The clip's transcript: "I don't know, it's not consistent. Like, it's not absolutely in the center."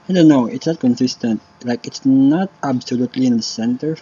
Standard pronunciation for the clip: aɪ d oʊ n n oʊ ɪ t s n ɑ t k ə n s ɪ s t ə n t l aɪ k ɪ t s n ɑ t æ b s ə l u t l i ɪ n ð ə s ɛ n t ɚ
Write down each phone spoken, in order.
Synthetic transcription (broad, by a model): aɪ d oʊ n n oʊ ɪ t s n ɑ t k ə n s ɪ s t ə n t l aɪ k ɪ t s n ɑ t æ b s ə l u t l i ɪ n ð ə s ɛ n t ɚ